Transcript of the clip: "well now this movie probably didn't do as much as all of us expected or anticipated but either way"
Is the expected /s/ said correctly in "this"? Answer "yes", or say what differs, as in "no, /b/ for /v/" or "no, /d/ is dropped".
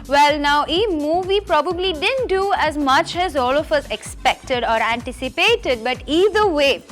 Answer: no, /s/ is dropped